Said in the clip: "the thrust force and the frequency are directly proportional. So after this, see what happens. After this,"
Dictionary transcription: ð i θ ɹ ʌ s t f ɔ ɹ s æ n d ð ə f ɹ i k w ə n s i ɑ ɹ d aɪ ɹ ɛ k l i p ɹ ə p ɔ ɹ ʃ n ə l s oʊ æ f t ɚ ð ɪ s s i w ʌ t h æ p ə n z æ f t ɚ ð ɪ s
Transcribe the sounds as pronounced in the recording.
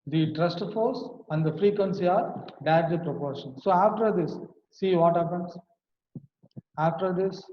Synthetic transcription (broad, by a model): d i t ɹ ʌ s t f ɔ ɹ s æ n d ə f ɹ i k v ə n s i ɑ ɹ d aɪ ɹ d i p ɹ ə p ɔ ɹ ʃ ə n s oʊ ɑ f t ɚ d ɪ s s i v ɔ t h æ p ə n s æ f t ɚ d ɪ s